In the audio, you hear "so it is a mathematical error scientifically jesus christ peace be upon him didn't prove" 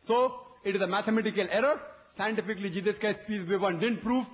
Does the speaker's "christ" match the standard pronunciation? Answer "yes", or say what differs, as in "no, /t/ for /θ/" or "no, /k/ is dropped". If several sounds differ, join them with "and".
no, /ɹ/ is dropped